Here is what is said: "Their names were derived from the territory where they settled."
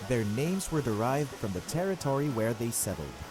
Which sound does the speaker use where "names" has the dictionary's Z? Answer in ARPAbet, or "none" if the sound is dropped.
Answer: Z